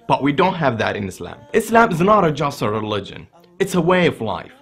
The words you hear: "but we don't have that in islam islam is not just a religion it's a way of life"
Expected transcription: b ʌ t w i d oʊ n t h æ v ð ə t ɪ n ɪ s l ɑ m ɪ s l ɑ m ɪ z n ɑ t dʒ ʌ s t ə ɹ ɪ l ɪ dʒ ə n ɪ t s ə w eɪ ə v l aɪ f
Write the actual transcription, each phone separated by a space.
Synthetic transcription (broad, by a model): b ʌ t w i d oʊ n t h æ v ð ə t ɪ n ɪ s l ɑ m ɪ s l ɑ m ɪ z n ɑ t dʒ ʌ s t ə ɹ ɪ l ɪ dʒ ə n ɪ t s ə w eɪ ə v l aɪ f